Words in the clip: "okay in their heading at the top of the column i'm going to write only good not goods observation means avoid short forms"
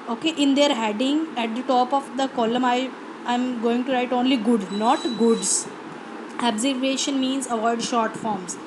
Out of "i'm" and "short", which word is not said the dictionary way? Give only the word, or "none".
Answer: none